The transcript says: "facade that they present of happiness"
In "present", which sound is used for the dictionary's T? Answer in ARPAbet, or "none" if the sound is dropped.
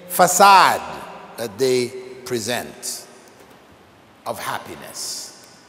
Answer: T